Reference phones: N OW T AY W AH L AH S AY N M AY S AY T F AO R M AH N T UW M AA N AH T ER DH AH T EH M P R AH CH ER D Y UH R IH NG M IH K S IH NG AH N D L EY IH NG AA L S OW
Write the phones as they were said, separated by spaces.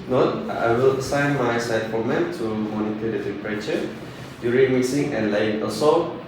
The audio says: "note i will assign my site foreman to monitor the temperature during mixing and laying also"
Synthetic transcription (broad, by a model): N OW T AY W AH L AH S AY N M AY S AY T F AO M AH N T UW M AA N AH T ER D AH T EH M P R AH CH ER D Y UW R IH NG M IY S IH NG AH N L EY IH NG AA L S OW